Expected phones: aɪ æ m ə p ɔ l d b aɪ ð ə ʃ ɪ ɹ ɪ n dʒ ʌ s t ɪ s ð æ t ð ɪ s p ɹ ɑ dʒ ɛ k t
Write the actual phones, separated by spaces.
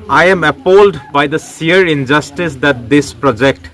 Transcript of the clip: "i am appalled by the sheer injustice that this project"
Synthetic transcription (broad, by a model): aɪ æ m ə p ɔ l d b aɪ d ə s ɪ ɹ ɪ n dʒ ʌ s t ɪ s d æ t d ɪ s p ɹ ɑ dʒ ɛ k t